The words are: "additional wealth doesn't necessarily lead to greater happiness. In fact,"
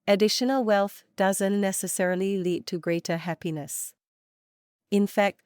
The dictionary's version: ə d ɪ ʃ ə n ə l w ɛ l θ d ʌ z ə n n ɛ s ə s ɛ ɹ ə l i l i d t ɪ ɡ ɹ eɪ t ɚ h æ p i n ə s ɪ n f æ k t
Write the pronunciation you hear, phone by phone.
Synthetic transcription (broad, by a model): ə d ɪ ʃ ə n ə l w ɛ l θ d ʌ z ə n n ɛ s ə s ɛ ɹ ə l i l i d t ɪ ɡ ɹ eɪ t ɚ h æ p i n ə s ɪ n f æ k t